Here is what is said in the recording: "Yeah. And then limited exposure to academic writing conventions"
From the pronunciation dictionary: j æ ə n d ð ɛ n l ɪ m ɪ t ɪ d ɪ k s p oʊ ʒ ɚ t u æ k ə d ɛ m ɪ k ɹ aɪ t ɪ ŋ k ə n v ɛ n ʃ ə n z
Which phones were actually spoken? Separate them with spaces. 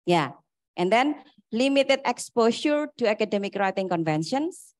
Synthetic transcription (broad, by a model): j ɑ ə n d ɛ n l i m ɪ t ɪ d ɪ k s p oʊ ʃ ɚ t u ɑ k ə d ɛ m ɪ k ɹ aɪ t ɪ ŋ k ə n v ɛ n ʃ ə n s